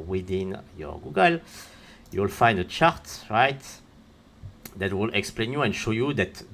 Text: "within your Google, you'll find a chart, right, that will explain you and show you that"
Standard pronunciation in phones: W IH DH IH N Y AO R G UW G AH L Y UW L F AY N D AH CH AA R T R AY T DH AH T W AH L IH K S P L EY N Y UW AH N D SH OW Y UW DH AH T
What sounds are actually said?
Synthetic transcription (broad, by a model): W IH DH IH N Y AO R G UW G AH L Y UW L F AY N D AH CH AA R T R AY T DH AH T W AH L IH K S P L EY N Y UW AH N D SH OW Y UW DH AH T